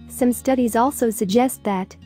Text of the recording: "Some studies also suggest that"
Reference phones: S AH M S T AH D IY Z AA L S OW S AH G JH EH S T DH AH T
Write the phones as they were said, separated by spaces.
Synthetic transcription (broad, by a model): S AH M S T AH D IY Z AA L S OW S AH G JH EH S T DH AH T